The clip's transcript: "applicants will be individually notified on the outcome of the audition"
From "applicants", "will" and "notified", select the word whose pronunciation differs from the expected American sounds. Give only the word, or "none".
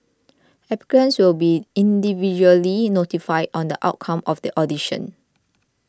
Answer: applicants